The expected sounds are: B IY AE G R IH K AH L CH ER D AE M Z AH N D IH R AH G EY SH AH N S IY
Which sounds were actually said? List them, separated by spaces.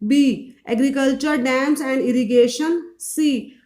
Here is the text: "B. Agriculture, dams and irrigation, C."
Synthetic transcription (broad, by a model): B IY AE G R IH K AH L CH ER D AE M S AH N D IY R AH G EY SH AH N S IY